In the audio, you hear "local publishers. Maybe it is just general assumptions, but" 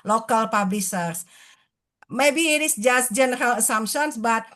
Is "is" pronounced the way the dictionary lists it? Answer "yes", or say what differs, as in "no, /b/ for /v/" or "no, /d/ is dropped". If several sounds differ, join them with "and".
no, /s/ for /z/